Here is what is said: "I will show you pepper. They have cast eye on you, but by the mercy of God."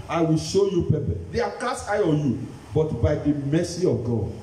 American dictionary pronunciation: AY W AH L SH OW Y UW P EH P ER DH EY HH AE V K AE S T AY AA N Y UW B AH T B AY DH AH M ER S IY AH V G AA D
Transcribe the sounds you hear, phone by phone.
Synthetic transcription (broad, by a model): AY W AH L SH OW Y UW P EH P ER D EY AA K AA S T AY AA N Y UW B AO T B AY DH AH M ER S IY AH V G AA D